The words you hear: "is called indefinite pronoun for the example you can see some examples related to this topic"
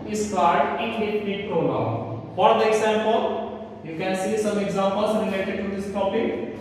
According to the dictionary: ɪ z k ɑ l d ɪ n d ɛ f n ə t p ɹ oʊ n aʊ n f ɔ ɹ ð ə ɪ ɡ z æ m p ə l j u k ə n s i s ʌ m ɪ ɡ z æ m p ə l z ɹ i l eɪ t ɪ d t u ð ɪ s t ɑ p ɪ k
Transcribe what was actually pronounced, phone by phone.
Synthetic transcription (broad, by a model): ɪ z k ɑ d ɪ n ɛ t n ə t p ɹ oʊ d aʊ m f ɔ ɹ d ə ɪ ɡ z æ m p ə l j u k ə n s i s ʌ m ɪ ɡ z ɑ m p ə l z ɹ i l eɪ t ɪ d t u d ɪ s t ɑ p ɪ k